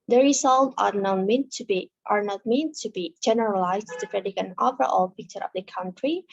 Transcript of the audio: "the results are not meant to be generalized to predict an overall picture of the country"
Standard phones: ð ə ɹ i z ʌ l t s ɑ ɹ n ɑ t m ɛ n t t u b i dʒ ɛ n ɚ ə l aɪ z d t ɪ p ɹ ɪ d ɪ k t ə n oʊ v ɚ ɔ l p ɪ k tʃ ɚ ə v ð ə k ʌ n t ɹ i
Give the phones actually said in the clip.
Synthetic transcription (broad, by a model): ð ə ɹ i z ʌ l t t ɑ ɹ n ɑ t m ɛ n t t u b i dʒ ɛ n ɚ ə l aɪ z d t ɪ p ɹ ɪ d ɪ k ə n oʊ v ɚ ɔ l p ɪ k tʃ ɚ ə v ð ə k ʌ n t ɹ i